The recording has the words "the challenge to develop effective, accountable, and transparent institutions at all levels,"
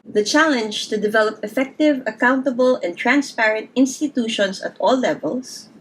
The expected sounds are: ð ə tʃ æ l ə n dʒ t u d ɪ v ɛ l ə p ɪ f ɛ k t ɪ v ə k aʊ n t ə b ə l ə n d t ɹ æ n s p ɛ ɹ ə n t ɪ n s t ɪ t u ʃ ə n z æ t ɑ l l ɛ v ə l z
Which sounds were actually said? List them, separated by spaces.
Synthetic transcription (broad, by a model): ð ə tʃ æ l ə n dʒ t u d ɪ v ɛ l ə p ɪ f ɛ k t ɪ v ə k aʊ n t ə b ə l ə n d t ɹ æ n s p ɛ ɹ ə n t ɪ n s t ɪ t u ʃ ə n s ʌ t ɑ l l ɛ v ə l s